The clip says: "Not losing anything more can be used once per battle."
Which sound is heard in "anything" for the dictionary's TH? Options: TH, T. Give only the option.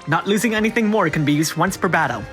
TH